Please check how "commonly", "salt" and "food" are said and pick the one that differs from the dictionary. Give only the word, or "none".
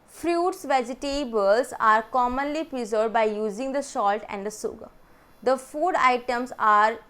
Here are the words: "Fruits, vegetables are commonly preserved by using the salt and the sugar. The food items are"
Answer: salt